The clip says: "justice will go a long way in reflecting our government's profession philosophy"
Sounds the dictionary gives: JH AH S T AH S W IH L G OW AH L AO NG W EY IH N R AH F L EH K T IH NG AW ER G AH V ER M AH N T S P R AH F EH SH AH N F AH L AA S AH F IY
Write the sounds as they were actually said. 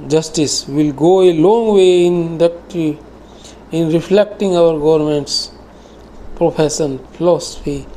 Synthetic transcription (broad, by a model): JH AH S T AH S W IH L G OW AH L AO NG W EY IH N R AH F L EH K T IH NG AW ER G AH V ER M AH N T S P R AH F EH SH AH N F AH L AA S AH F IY